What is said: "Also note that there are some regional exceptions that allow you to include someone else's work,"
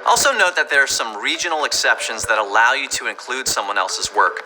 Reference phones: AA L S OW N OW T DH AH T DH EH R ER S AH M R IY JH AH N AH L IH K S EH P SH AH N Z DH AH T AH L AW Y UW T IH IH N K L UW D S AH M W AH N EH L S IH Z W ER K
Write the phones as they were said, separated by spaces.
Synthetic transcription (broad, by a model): AA L S OW N OW T DH AH T DH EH R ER S AH M R IY JH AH N L IH K S EH P SH AH N Z DH AH T AH L AW Y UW T IH IH N K L UW D S AH M W AH N EH L S IH Z W ER K